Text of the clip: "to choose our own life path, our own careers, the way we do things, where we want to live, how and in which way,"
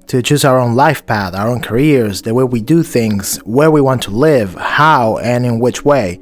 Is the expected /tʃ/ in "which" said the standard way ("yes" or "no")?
yes